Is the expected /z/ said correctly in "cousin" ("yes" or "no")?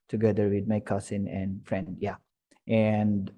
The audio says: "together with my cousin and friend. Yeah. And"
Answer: no